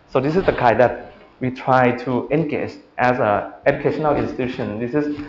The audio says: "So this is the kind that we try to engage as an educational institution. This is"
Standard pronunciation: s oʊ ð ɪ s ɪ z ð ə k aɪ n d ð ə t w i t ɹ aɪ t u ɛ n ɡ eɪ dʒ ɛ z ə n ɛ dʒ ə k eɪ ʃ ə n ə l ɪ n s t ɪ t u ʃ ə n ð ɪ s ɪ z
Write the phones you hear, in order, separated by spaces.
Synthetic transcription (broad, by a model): s oʊ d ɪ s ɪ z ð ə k aɪ d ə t w i t ɹ aɪ t u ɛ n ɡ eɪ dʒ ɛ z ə ɛ dʒ ə k eɪ ʃ ə n ə l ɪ n s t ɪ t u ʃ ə n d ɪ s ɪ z